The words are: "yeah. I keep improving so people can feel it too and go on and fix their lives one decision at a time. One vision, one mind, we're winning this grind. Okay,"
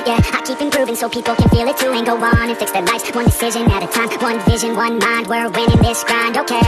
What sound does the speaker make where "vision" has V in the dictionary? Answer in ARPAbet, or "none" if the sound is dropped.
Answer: V